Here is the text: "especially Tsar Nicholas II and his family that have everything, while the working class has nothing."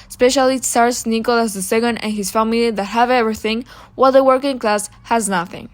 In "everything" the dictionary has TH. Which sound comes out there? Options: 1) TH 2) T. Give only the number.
1